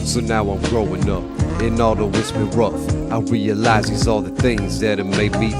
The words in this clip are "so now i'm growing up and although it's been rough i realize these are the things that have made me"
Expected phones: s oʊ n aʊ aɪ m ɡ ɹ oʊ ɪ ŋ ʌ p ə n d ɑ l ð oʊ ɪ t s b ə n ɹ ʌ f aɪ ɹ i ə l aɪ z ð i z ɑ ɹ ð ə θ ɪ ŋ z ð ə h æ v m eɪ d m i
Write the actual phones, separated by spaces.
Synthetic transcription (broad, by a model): s oʊ n aʊ aɪ m ɡ ɹ oʊ ɪ ŋ ʌ p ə n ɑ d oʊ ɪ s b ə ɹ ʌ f aɪ ɹ i ə l aɪ z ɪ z ɑ l ð ə θ ɪ ŋ z ð ə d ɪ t m eɪ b i